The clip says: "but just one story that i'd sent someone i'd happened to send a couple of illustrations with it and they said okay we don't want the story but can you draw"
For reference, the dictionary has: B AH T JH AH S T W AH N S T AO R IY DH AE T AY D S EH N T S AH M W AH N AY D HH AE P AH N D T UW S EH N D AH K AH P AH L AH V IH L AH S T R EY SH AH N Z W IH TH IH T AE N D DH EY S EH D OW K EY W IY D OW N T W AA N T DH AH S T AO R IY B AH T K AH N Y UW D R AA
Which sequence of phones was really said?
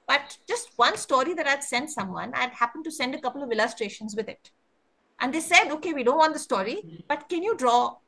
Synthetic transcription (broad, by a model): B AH T JH AH S T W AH N S T AO R IY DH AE T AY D S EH N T S AH M W AH N AY D HH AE P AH N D T UW S EH N D AH K AH P AH L AH V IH L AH S T R EY SH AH N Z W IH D IH T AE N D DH EY S EH D OW K EY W IY D OW N T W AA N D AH S T AO R IY B AH T K AH N Y UW D R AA